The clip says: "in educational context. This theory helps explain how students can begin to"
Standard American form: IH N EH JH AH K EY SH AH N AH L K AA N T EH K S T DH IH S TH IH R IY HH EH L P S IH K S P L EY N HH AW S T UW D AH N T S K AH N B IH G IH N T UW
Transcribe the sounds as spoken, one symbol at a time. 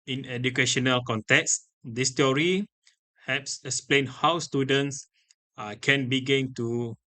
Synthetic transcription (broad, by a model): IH N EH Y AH K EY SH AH N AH L K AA N T EH K S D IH S T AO R IY HH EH P S IH K S P L EY N HH AW S T UW D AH N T S K AH N B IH G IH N T UW